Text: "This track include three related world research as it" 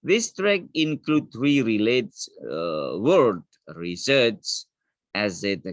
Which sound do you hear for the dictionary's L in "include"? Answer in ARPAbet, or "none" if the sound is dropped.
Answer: L